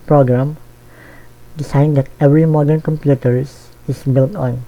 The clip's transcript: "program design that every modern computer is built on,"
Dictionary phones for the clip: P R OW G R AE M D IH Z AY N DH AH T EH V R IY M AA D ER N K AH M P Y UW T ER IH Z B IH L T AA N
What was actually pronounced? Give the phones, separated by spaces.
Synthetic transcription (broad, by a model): P R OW G R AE M D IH S AY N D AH T EH V R IY M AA D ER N K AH M P Y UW T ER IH S B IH L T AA N